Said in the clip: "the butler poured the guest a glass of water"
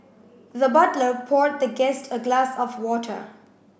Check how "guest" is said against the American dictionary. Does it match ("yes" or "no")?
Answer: yes